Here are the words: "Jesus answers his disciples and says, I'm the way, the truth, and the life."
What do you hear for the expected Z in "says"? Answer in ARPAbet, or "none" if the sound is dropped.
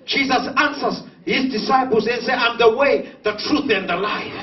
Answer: none